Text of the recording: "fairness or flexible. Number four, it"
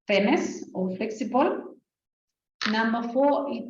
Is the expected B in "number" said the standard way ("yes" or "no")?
no